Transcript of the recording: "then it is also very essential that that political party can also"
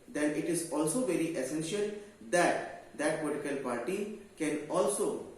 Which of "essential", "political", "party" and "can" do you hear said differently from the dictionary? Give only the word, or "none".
none